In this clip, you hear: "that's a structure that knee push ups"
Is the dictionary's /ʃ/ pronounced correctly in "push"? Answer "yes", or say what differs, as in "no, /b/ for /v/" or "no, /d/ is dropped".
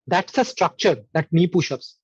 yes